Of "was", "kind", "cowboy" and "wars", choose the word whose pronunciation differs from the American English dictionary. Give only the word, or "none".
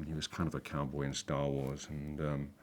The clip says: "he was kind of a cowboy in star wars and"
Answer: none